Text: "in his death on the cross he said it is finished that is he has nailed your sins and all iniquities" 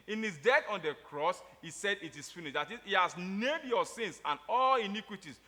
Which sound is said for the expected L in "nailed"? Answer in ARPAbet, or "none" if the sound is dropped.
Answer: none